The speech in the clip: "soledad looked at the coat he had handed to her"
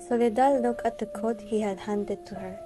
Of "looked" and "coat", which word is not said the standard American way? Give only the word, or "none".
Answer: looked